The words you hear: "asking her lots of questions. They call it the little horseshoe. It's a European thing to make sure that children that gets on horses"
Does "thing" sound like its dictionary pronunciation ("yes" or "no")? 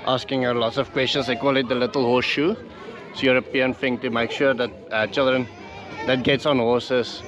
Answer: no